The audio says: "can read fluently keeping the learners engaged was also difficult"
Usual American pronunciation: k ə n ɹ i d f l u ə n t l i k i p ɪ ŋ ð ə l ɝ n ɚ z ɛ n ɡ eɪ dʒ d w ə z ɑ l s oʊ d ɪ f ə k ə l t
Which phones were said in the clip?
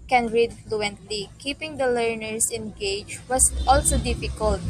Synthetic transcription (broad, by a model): k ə n ɹ i d f l u ə n t l i k i p ɪ ŋ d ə l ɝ n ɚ s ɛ n ɡ eɪ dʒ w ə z ɑ l s oʊ d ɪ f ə k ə l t